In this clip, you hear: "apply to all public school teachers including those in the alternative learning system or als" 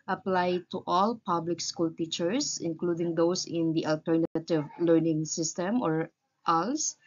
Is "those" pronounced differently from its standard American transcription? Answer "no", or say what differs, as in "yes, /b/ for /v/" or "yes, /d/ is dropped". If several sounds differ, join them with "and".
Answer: yes, /s/ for /z/